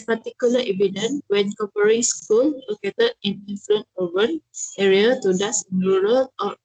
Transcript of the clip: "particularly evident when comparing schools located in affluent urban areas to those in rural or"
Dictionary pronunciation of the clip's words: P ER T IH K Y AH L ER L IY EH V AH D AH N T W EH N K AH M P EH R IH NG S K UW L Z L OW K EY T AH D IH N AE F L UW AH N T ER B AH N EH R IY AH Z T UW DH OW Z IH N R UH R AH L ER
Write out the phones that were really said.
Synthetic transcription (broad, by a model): P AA T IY K Y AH L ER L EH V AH D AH N W EH N K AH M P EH R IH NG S K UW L L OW K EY T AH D IH N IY F L UW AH N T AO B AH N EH R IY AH T UW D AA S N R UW R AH L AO